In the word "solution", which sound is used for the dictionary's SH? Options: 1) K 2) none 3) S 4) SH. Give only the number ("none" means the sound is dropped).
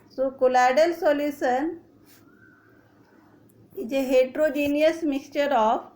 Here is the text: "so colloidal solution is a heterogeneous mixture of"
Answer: 3